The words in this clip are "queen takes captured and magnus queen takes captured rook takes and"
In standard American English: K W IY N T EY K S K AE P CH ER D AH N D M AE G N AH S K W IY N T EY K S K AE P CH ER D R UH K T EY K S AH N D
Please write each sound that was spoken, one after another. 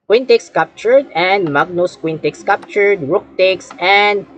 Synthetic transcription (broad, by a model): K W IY N T EY K S K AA P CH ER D AH N D M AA G N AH S K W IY N T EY K S K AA P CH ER D R UH K T EY K S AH N D